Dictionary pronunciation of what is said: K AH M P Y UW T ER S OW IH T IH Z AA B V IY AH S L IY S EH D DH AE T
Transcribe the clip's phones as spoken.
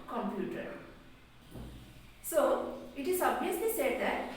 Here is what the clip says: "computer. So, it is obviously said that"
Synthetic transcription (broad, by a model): K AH M P Y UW T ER S OW IH T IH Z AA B IY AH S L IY S EH D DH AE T